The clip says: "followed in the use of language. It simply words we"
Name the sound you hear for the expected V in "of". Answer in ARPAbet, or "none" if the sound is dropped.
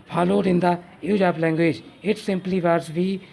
P